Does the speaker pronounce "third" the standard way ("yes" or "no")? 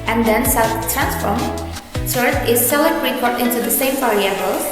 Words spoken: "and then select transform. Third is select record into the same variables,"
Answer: no